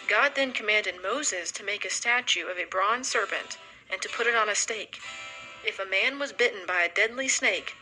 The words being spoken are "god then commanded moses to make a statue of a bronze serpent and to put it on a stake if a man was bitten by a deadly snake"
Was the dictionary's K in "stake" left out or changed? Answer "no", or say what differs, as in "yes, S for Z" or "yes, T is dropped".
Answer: no